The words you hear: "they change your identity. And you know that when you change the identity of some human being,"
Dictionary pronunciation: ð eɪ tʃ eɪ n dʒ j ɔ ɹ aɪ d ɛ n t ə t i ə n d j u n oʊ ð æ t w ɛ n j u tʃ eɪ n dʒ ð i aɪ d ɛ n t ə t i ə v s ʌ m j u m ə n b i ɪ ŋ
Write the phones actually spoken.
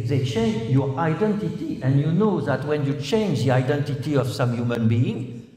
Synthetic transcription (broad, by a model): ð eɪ tʃ eɪ n dʒ j ɔ ɹ aɪ d ɛ n t ə t i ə n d j u n oʊ ð æ t w ɛ n j u tʃ eɪ n dʒ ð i aɪ d ɛ n t ə t i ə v s ʌ m j u m ə n b i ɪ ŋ